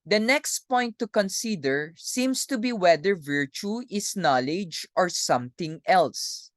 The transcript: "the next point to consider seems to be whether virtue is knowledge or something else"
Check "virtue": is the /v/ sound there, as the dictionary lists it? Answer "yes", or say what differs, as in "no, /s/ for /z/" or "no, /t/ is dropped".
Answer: yes